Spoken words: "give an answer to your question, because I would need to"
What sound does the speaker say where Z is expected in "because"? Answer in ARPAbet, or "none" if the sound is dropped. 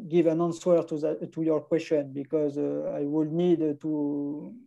Z